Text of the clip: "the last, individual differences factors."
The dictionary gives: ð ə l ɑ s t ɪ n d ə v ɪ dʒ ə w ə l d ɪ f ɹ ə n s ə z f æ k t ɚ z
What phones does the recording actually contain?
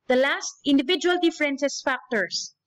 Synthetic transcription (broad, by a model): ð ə l ɑ s t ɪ n d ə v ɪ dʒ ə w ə l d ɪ f ɹ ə n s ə s f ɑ k t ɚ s